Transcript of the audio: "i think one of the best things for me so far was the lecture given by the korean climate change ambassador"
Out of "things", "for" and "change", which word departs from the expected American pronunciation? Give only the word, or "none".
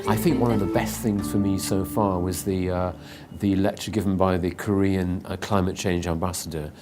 none